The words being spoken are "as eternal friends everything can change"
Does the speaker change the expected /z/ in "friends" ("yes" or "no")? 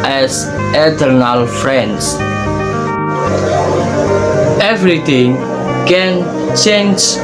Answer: yes